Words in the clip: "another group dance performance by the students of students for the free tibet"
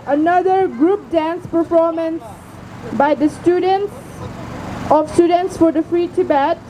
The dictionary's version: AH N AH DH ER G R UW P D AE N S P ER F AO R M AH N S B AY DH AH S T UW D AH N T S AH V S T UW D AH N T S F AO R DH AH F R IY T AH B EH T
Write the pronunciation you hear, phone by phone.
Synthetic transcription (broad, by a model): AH N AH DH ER G R UW P D AE N S P ER F AO R M AH N S B AY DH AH S T UW D AH N T S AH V S T UW D AH N T S F AO R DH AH F R IY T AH B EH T